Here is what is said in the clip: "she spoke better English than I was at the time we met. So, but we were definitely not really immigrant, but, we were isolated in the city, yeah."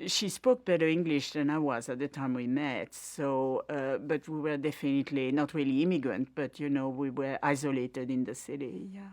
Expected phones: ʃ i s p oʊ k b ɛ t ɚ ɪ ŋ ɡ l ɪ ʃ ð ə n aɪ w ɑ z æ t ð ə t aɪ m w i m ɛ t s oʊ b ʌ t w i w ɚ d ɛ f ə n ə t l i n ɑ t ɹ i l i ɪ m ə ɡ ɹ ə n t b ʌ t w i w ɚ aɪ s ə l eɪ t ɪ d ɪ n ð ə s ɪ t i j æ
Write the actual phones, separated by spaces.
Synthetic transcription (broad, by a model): ʃ i s p oʊ k b ɛ t ɚ ɪ ŋ ɡ l ɪ ʃ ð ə n aɪ w ɑ z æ t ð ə t aɪ m w i m ɛ t s oʊ b ʌ t w i w ɚ d ɛ f ə n ə t l i n ɑ t ɹ i l i ɪ m ə ɡ ɹ ə n t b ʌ t w i w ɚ aɪ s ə l eɪ t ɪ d ɪ n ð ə s ɪ t i j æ